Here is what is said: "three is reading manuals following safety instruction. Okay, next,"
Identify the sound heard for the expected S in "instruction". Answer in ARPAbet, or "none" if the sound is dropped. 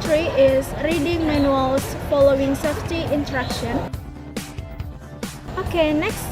none